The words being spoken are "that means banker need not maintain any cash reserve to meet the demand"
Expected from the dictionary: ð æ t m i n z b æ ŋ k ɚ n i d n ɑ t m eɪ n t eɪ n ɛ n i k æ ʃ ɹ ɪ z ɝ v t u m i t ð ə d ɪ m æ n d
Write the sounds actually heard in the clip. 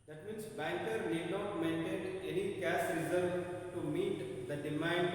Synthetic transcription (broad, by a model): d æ t m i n s b æ ŋ k ɚ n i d n ɑ t m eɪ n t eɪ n ɛ n i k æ s ɹ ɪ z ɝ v t u m i t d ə d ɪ m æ n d